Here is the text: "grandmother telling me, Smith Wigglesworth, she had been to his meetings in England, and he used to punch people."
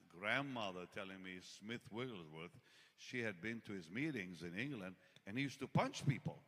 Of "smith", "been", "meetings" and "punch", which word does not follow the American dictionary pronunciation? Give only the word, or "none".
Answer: none